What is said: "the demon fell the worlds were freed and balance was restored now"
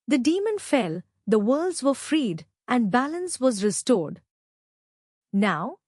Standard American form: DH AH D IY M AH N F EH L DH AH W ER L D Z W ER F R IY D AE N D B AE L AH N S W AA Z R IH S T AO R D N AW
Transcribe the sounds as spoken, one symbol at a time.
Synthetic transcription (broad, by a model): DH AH D IY M AH N F EH L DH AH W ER L D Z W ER F R IY D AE N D B AE L AH N S W AA Z R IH S T AO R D N AW